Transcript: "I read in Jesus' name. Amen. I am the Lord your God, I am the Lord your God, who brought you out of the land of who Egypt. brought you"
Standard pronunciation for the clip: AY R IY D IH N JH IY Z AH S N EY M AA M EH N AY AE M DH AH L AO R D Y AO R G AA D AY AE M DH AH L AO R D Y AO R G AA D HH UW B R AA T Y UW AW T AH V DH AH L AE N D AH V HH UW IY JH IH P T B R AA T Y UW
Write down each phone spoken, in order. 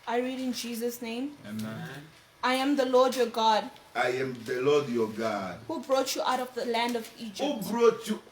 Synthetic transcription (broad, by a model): AY R IY D IH N JH IY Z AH S N EY M AA IH AY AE M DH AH L AO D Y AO G AA D AY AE M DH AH L AO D Y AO G AA D HH UW B R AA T Y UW AW T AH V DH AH L AE N D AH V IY JH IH B R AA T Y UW